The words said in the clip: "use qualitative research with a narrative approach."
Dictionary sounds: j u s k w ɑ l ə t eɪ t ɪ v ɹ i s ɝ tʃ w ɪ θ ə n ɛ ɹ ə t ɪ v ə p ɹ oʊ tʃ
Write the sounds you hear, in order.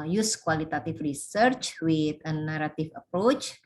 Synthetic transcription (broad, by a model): j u s k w ɑ l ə t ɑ t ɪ f ɹ i s ɝ tʃ w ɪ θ ə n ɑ ɹ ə t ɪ f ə p ɹ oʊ tʃ